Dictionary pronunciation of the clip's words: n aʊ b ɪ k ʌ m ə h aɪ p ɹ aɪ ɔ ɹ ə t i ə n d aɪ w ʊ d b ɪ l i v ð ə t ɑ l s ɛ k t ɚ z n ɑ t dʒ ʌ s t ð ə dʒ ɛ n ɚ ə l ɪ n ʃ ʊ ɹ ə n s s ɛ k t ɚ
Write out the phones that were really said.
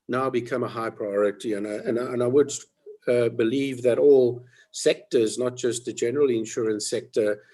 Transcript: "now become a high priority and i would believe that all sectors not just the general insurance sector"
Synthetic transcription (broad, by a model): n aʊ b ɪ k ʌ m ə h aɪ p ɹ aɪ ɔ ɹ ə t i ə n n aɪ w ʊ d b ɪ l i v ð ə t ɑ l s ɛ k t ɚ z n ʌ t dʒ ʌ s t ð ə dʒ ɛ n ɚ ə l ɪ n ʃ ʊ ɹ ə n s s ɛ k t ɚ